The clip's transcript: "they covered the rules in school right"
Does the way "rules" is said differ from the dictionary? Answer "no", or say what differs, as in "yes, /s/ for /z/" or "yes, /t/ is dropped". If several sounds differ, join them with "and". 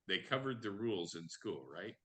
no